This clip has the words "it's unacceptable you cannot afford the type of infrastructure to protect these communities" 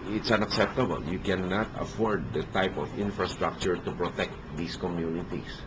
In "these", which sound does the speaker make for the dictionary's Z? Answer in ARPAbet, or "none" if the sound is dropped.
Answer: S